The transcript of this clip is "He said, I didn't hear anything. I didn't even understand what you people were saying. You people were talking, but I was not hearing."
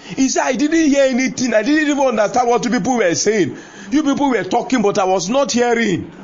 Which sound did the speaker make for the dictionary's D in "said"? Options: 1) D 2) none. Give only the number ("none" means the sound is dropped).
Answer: 2